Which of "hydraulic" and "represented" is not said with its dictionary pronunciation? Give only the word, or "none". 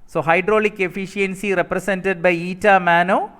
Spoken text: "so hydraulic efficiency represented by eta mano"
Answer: represented